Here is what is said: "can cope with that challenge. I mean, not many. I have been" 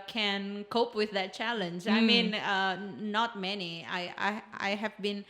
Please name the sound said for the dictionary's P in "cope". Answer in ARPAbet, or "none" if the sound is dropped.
P